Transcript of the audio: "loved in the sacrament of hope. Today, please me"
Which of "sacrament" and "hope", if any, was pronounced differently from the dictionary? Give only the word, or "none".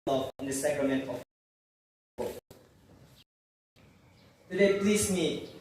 hope